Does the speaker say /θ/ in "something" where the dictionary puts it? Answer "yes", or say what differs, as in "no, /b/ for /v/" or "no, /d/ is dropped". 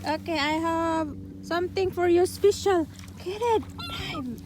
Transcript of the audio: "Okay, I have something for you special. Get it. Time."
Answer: no, /t/ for /θ/